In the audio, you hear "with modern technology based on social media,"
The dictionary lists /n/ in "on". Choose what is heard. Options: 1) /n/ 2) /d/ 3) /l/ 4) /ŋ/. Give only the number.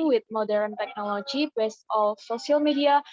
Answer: 3